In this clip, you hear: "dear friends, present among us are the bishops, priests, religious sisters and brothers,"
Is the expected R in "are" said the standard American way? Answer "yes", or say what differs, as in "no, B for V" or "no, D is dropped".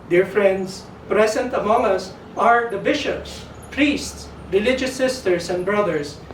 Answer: yes